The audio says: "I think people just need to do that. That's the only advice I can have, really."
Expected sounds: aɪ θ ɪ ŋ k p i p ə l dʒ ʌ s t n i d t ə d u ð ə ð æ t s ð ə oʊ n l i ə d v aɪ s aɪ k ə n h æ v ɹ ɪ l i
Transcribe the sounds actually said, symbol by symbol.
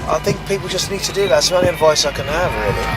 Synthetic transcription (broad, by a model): aɪ θ ɪ ŋ k p i p ə l dʒ ʌ s n i d t ə d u ð ə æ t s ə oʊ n i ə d v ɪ s aɪ k ə n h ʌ v ɹ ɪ l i